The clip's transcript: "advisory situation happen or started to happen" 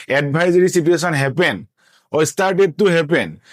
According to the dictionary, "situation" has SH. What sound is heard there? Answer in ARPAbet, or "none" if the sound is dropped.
S